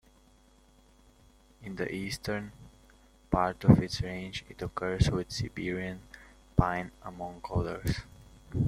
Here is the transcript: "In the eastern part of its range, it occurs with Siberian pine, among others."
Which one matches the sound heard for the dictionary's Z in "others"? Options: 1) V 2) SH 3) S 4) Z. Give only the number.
3